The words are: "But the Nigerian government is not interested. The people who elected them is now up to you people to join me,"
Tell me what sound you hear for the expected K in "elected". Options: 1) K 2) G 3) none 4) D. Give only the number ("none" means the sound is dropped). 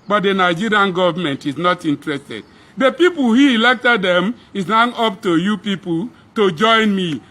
1